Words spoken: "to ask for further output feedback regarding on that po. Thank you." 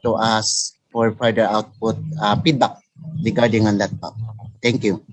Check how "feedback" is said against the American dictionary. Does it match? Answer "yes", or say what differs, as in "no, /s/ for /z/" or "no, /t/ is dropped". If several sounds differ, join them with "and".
no, /p/ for /f/